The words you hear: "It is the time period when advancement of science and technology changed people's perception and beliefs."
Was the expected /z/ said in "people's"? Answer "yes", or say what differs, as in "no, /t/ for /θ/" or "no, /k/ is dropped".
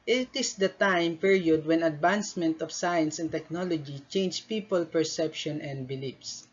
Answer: no, /z/ is dropped